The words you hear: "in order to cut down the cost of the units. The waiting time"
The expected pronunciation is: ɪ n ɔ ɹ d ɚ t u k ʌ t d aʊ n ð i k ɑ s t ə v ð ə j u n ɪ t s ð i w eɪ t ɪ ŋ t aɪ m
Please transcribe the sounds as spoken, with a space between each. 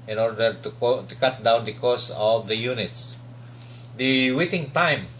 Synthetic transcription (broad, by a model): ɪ n ɔ ɹ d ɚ t u k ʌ t d aʊ n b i k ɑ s ə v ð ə j u n ɪ t s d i w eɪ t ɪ ŋ t aɪ m